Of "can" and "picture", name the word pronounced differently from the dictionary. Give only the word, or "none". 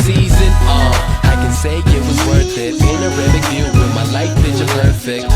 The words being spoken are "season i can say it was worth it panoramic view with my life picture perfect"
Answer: picture